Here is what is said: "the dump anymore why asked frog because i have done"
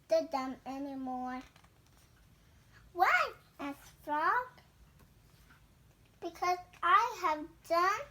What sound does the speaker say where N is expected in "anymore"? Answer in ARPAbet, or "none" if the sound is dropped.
N